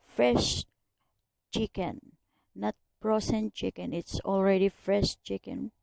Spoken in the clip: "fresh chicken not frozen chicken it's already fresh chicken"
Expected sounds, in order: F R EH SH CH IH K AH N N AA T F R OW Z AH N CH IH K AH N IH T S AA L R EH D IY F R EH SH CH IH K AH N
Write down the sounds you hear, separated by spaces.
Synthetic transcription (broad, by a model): F R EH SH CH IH K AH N N AA T P R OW S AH N CH IH K AH N IH T S AA L R EH D IY F R EH SH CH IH K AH N